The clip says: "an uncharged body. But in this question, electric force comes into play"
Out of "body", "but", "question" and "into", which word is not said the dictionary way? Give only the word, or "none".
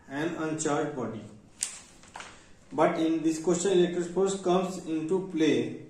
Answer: question